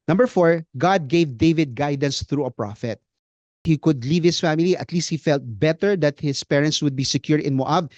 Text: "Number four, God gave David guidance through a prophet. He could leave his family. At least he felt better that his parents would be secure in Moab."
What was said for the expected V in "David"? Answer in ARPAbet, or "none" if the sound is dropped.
V